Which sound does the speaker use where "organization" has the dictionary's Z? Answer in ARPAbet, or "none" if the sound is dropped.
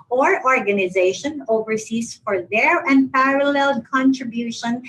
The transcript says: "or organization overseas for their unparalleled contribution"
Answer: Z